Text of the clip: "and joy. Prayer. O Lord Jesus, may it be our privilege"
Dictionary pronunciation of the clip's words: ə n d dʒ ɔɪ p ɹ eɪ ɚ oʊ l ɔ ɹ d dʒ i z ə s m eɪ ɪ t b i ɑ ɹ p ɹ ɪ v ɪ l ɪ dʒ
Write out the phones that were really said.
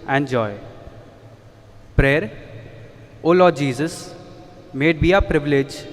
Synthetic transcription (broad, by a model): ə n d dʒ ɔɪ p ɹ eɪ ɚ oʊ l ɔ dʒ i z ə s m eɪ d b i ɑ p ɹ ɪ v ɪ l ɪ dʒ